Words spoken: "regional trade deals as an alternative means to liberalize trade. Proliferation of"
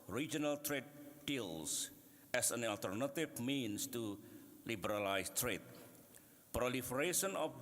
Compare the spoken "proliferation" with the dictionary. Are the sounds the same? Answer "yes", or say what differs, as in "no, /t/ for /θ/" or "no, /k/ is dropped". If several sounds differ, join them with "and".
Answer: yes